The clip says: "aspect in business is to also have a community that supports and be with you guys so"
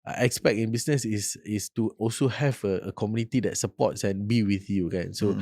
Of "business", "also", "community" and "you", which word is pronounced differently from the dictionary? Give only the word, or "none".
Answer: business